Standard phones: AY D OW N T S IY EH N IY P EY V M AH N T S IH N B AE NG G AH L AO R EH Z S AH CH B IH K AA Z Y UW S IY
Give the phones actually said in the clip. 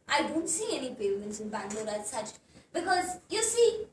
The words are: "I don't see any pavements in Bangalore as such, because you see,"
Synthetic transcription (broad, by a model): AY D OW N T S IY EH N IY B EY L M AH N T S IH N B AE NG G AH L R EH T S AH CH B IH K AA Z Y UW S IY